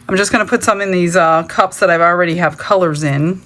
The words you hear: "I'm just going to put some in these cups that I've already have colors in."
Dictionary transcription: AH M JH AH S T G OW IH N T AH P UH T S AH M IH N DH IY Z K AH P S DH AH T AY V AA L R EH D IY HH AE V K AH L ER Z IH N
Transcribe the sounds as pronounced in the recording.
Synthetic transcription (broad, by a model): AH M JH AH S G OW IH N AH P UH T S AH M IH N DH IY Z K AH P S DH AH T AY V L R EH D IY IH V K AH L ER Z IH N